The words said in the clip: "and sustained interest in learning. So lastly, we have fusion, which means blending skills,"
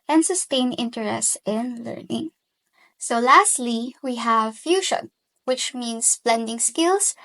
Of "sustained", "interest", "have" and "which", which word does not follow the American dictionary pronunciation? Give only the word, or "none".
sustained